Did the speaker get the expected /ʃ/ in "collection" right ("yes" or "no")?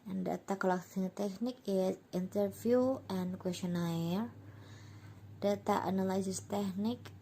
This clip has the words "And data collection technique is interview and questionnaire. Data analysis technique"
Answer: no